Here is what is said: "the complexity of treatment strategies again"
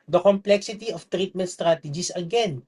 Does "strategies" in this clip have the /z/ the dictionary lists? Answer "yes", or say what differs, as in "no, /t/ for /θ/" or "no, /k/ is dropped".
no, /s/ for /z/